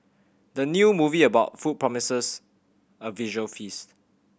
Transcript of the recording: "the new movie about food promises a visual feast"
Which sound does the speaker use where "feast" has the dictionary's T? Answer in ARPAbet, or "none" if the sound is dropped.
T